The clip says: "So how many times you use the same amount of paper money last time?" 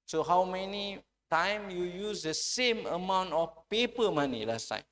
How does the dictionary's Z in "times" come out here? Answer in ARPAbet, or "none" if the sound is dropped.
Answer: none